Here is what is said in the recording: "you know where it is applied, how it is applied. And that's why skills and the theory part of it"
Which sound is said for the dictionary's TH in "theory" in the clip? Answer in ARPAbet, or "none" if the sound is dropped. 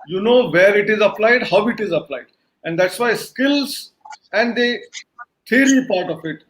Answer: T